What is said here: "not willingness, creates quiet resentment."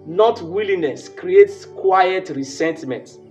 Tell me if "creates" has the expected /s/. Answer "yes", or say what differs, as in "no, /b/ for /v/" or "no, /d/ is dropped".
yes